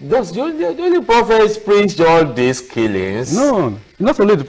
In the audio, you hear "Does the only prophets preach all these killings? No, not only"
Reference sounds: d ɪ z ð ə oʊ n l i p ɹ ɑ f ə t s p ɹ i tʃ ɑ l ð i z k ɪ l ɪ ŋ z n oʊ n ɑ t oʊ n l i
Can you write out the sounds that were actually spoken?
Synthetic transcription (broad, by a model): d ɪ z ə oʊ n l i p ɹ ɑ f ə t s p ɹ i s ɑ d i s k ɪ l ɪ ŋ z n oʊ n ɑ t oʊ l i